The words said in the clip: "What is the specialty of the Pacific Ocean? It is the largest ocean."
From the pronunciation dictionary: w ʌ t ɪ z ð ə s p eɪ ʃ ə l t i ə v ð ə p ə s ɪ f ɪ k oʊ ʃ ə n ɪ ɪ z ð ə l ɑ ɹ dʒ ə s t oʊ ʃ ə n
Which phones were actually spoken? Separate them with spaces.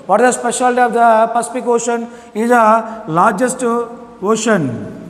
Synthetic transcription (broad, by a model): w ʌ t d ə s p eɪ ʃ ə l t i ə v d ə p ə s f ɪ k oʊ ʃ ə n ɪ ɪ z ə l ɑ ɹ dʒ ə s t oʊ ʃ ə n